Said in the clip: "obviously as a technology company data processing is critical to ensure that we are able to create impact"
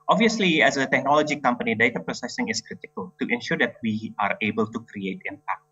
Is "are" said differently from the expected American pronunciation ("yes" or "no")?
no